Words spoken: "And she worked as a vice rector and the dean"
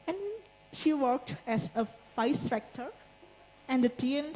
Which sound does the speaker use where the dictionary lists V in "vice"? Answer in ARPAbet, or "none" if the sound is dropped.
F